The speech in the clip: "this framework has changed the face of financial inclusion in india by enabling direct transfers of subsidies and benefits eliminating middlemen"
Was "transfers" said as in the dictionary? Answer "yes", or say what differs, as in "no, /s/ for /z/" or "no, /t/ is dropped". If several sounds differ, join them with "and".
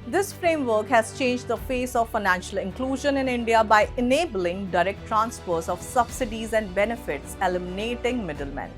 no, /p/ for /f/